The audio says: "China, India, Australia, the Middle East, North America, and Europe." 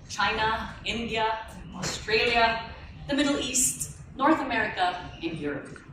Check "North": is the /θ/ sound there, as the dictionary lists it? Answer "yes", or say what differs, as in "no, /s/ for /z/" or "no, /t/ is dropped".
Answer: yes